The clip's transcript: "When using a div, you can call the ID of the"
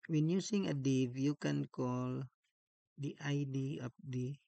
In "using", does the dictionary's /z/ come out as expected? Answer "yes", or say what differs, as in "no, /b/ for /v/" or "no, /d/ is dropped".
no, /s/ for /z/